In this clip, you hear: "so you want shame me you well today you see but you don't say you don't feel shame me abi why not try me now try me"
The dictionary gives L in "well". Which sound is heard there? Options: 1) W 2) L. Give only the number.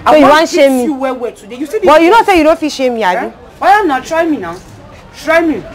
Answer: 1